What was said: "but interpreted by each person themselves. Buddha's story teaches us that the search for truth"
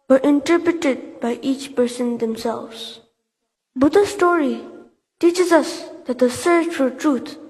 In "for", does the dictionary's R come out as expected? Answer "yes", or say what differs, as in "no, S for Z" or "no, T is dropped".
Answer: no, L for R